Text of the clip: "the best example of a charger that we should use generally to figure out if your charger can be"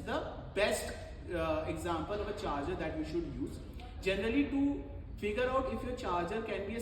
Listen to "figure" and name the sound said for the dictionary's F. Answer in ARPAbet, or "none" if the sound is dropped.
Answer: F